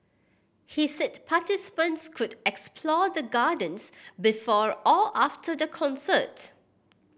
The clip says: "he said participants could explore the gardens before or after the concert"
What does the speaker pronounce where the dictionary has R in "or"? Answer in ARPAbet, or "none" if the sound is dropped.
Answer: L